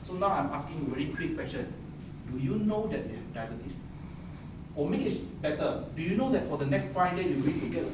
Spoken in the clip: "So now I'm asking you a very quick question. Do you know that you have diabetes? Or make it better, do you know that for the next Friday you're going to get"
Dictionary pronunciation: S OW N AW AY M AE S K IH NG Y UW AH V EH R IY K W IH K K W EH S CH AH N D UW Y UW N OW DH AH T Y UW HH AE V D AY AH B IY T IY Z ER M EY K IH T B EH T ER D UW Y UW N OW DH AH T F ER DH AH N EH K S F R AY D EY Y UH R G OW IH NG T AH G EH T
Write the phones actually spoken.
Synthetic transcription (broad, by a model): S OW N AW AY M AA S K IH NG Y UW AH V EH R IY K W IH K K W EH S CH AH N D UW Y UW N OW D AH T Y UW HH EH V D AY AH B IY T IY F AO M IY IH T B EH T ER D UW Y UW N OW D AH T F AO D AH N EH K S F AY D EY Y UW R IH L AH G EH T